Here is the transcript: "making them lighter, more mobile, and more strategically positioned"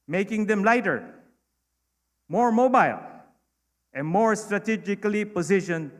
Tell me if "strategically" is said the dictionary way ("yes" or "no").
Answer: yes